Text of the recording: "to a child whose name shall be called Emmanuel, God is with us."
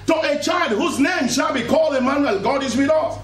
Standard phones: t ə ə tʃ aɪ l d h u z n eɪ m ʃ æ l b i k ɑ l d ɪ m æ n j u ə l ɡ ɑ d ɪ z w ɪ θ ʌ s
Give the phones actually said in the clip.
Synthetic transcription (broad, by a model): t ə ə tʃ aɪ l d h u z n eɪ m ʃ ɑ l b i k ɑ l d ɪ m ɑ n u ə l ɡ ɑ d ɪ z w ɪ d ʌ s